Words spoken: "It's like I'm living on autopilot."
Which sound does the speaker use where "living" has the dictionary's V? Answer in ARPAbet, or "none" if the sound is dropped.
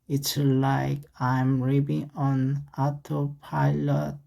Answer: B